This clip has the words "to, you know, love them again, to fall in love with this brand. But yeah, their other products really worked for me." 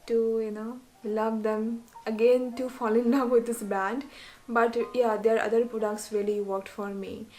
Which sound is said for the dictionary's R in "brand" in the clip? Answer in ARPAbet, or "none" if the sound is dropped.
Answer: none